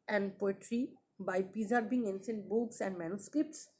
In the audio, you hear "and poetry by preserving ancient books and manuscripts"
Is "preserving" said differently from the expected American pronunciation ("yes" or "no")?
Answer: yes